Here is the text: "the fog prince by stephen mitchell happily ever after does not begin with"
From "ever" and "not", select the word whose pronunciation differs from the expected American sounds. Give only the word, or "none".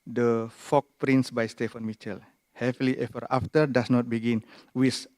ever